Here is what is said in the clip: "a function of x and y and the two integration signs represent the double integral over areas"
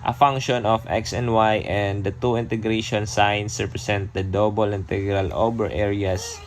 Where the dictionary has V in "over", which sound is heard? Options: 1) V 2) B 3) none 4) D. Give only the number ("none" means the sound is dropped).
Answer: 2